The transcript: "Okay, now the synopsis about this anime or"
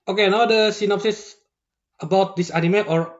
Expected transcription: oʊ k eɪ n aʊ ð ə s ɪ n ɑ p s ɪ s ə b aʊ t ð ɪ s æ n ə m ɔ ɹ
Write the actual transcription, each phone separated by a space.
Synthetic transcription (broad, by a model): oʊ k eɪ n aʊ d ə s ɪ n ɑ p s ɪ s ə b aʊ t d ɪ s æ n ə m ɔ ɹ